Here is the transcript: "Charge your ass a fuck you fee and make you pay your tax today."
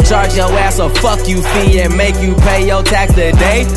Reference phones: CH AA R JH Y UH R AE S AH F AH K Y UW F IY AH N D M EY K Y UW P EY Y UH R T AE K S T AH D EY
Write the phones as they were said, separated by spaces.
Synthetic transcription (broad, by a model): CH AA R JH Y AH AE S AH F AH K Y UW F IY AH N M EY K Y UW P EY Y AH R T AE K T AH D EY